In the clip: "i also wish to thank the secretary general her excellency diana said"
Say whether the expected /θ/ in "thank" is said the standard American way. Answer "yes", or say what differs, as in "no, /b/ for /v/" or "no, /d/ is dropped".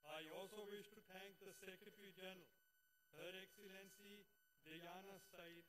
no, /t/ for /θ/